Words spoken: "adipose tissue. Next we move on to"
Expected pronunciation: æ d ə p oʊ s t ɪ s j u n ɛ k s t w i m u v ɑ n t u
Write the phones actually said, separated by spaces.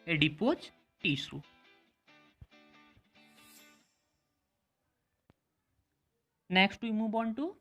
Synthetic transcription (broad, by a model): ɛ d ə p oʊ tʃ t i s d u n ɛ k s t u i m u b ɑ n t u